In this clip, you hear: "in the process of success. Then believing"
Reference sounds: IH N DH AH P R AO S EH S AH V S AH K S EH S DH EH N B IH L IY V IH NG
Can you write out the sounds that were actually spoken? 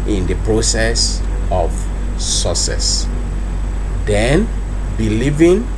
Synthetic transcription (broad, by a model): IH N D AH P R AO S EH S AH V S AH S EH S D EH N B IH L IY V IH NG